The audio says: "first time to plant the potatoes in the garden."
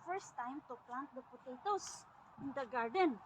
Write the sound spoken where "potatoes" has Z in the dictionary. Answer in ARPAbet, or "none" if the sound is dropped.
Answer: S